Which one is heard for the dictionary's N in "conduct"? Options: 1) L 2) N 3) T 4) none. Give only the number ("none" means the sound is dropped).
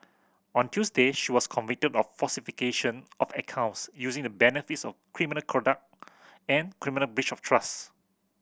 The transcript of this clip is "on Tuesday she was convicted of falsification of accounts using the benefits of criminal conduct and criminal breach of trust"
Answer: 4